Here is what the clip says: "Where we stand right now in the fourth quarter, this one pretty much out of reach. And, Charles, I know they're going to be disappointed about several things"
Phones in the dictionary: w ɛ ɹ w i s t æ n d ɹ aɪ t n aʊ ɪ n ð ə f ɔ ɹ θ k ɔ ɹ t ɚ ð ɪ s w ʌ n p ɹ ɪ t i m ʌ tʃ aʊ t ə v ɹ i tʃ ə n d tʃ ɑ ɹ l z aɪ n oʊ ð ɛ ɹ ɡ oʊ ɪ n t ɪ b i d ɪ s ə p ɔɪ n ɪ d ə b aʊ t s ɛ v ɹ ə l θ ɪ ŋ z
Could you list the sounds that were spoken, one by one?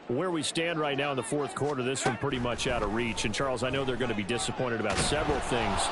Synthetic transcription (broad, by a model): w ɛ ɹ w i s t æ n d ɹ aɪ t n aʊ ɪ n ð ə f ɔ ɹ θ k ɔ ɹ t ɚ ð ɪ s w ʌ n p ɹ ɪ t i m ʌ tʃ aʊ t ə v ɹ i tʃ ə n tʃ ɑ ɹ l z aɪ n oʊ ð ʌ ɹ ɡ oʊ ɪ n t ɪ b i d ɪ s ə p ɔɪ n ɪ d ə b aʊ t s ɛ v ɹ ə l θ ɪ ŋ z